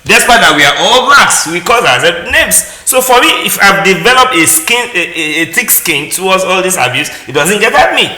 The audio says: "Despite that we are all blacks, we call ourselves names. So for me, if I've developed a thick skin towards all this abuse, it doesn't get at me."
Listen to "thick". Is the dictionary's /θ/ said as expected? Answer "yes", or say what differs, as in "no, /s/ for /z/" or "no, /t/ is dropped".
no, /t/ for /θ/